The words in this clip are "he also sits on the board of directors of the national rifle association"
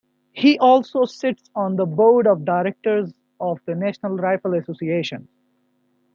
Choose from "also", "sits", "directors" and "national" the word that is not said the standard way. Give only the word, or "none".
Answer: none